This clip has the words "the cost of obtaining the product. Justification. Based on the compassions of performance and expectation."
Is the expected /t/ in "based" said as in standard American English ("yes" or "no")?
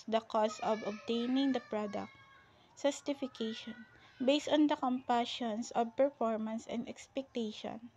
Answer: yes